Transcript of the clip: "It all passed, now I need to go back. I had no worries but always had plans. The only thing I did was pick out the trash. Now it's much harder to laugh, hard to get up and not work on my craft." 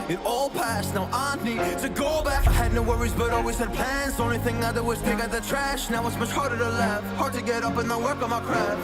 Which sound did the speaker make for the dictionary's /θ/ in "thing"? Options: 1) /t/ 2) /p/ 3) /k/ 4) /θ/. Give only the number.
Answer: 4